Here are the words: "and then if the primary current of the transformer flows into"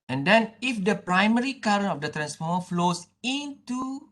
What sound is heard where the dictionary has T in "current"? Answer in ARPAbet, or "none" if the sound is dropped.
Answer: none